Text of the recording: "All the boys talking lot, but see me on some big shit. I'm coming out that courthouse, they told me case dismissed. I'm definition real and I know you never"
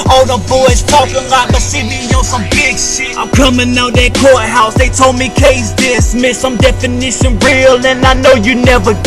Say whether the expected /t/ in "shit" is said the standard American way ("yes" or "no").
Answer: no